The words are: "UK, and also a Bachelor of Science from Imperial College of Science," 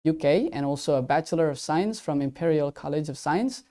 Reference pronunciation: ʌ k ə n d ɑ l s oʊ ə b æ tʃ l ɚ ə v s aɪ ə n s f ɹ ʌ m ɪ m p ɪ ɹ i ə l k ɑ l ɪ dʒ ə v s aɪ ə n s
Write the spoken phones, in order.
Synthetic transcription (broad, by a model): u k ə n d ɑ l s oʊ ə b æ tʃ l ɚ ə v s aɪ ə n s f ɹ ʌ m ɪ m p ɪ ɹ i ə l k ɑ l ɪ dʒ ə v s aɪ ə n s